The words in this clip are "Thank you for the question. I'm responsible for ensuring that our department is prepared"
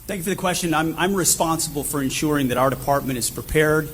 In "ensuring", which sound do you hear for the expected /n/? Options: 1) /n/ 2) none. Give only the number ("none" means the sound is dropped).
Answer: 1